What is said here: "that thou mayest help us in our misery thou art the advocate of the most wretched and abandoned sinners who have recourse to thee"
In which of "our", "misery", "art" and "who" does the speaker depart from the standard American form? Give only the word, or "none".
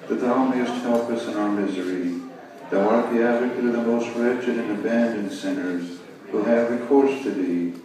none